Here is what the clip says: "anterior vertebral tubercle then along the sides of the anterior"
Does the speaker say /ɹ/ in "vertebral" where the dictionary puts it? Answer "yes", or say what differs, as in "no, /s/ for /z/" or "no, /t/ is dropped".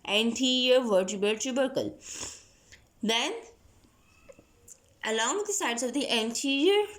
no, /ɹ/ is dropped